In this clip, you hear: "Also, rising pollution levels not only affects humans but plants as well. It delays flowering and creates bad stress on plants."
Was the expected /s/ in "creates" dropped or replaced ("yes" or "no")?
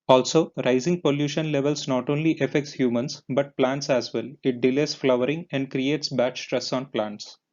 no